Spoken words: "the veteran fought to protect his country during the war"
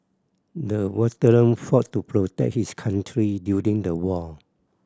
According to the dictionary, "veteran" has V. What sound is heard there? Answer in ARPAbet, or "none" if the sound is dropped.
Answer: W